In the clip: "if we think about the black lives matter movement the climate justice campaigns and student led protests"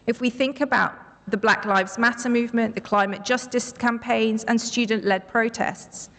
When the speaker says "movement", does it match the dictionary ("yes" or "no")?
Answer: yes